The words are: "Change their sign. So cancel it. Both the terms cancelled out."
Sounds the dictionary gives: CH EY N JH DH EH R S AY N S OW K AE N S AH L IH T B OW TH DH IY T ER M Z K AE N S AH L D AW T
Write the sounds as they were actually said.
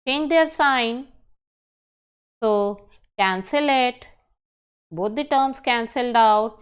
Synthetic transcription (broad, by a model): CH EY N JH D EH R S AY N S OW K AE N S AH L IH T B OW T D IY T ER M S K AE N S AH L D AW T